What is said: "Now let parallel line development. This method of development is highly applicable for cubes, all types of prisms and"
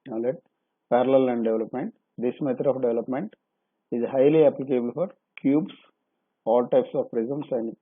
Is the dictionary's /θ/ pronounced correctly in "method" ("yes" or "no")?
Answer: no